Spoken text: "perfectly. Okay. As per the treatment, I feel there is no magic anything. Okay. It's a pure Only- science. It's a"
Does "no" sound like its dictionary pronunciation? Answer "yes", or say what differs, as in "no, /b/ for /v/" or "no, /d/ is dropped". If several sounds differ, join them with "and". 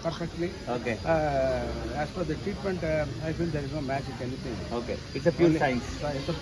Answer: yes